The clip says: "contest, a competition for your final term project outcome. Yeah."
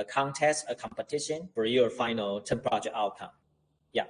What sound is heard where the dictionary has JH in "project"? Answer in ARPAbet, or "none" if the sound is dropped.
CH